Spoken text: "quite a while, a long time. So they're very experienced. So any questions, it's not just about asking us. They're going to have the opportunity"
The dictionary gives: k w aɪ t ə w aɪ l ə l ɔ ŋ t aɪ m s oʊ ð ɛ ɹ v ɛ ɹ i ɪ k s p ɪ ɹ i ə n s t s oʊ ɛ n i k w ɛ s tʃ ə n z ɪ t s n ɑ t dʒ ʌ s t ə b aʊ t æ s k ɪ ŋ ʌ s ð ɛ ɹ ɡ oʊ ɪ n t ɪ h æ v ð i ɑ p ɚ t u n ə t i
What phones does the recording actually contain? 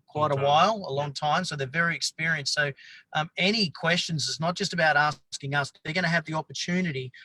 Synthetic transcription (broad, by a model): k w aɪ t ə w aɪ l ə l ɔ ŋ t aɪ m s oʊ ð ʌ ɹ v ɛ ɹ i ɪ k s p ɪ ɹ i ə n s s oʊ ɛ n i k w ɛ s tʃ ə n z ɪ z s n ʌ t dʒ ʌ s t ə b aʊ t æ s k ɪ ŋ ʌ s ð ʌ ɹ ɡ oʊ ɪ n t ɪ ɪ v ð i ɑ p ɚ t u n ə t i